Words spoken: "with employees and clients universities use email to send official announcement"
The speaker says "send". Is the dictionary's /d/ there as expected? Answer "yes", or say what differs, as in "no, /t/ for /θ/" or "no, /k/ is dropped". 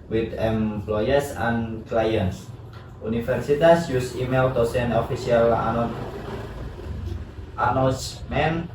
no, /d/ is dropped